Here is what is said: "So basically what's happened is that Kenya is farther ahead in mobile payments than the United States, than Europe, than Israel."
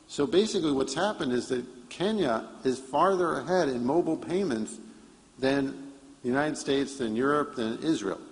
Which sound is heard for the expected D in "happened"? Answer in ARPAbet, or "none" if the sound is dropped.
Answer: D